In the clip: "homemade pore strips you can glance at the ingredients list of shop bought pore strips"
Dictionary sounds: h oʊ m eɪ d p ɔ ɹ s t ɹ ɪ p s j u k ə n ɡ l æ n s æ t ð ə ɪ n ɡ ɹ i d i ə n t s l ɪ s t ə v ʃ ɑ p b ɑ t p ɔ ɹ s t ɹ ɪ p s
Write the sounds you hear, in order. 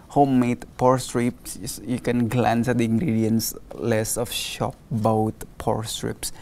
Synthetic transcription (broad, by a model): h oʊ m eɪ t p ɔ ɹ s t ɹ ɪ p s j u k ə n ɡ l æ n s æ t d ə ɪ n ɡ ɹ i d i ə n s l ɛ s ə f ʃ ɑ p b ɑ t p ɔ ɹ s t ɹ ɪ p s